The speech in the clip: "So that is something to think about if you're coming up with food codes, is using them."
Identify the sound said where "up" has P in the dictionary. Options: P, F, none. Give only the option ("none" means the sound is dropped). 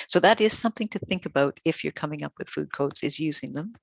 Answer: P